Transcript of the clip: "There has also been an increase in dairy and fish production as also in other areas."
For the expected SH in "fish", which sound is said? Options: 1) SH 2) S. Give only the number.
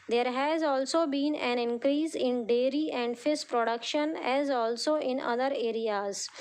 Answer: 2